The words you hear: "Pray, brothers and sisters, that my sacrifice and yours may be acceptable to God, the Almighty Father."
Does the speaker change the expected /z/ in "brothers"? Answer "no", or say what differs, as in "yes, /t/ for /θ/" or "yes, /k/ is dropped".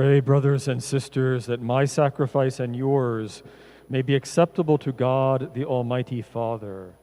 no